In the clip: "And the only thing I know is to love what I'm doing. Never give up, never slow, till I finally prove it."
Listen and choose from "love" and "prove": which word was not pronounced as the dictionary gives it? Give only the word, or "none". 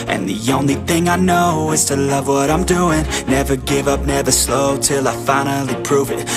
none